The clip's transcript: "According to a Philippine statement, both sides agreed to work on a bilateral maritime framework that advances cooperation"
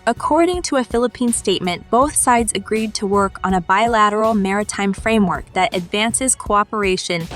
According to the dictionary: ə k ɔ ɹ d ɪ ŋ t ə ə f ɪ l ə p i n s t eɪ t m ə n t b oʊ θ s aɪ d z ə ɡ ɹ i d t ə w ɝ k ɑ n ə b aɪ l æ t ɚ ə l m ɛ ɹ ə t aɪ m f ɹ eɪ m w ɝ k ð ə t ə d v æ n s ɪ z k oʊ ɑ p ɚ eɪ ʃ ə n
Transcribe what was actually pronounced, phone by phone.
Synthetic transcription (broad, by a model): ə k ɔ ɹ d ɪ ŋ t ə ə f ɪ l ə p i n s t eɪ t m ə n b oʊ θ s aɪ d z ə ɡ ɹ i d t ə w ɝ k n ə b aɪ l æ t ɚ l m ɛ ɹ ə t aɪ m f ɹ eɪ m w ɝ k ð ə t ə d v æ n s ɪ z k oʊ ɑ p ɚ eɪ ʃ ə n